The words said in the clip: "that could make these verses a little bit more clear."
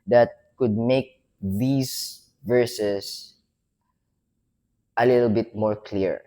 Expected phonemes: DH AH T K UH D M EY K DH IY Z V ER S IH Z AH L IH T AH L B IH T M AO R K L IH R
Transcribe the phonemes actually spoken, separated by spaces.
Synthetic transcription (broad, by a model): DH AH T K UH D M EY K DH IY S V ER S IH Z AH L IH T AH L B IH T M AO R K L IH R